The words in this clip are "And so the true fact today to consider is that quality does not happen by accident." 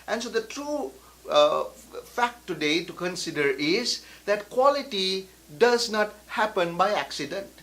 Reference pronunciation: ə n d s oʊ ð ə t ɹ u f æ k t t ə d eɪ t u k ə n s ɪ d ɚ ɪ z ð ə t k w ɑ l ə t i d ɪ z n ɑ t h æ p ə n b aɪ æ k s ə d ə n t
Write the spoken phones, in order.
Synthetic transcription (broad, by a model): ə n s oʊ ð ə t ɹ u f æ k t t ə d eɪ t u k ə n s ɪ d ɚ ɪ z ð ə t k w ɑ l ə t i d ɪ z n ɑ t h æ p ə n b aɪ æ k s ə d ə n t